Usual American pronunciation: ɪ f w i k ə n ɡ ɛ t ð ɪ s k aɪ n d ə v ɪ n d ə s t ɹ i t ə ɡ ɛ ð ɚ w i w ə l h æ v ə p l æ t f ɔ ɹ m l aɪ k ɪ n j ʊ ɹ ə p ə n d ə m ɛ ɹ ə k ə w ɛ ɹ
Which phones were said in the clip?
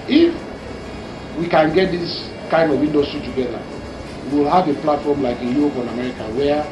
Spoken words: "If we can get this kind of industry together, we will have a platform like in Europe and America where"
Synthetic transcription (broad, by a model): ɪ f w i k ə n ɡ ɛ t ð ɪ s k aɪ n d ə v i n d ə s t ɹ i t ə ɡ ɛ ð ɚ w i w ə l h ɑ v ə p l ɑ t f ɔ m l aɪ k ɪ n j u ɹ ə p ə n ə m ɛ ɹ ə k ə w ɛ